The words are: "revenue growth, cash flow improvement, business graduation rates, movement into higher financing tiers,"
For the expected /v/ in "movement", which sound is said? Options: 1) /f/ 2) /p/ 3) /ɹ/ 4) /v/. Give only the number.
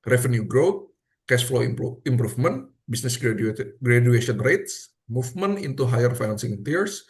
1